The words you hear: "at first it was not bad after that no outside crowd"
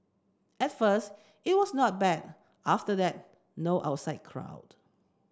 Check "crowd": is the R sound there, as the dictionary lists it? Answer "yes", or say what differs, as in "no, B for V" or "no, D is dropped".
yes